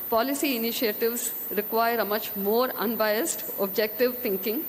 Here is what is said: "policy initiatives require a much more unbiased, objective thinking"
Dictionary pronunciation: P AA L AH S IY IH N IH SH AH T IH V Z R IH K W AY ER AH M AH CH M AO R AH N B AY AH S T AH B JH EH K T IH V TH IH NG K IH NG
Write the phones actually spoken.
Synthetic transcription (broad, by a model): P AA L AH S IY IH N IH SH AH T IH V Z R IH K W AY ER AH M AH CH M AO R AH N B AY AH S T AH B JH EH K T IH V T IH NG K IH NG